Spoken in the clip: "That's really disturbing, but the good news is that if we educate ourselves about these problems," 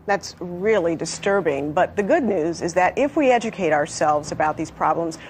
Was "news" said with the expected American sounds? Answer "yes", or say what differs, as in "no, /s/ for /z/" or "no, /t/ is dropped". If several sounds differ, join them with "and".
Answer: yes